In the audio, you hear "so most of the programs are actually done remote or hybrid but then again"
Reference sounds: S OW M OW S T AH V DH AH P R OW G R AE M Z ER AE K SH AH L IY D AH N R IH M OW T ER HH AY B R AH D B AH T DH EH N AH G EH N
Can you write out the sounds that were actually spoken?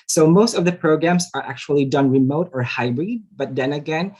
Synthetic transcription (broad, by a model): S OW M OW S T AH V DH AH P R OW G R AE M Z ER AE K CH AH L IY D AH N R IH M OW T ER HH AY B R AH D B AH T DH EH N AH G EH N